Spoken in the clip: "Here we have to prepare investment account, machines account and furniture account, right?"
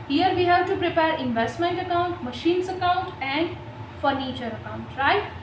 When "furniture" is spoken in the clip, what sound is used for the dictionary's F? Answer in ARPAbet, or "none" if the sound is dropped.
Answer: F